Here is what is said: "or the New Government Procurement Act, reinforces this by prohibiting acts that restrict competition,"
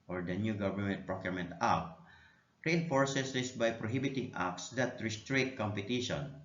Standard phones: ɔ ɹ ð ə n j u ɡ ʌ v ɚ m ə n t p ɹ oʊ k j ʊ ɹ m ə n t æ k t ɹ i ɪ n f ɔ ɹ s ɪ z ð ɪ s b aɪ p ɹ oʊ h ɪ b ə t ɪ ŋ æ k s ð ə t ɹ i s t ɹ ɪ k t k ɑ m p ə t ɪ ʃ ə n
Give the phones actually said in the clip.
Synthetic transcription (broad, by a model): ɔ ɹ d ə n j u ɡ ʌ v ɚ m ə n t p ɹ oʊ k j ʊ ɹ m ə n t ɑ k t ɹ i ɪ n f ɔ ɹ s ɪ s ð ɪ s b aɪ p ɹ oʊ h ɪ b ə t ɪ ŋ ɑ k s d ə t ɹ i s t ɹ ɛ t k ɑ m p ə t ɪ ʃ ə n